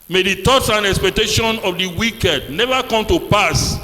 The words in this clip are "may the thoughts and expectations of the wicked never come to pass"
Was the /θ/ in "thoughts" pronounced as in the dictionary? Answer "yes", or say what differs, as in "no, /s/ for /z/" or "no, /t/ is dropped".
no, /t/ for /θ/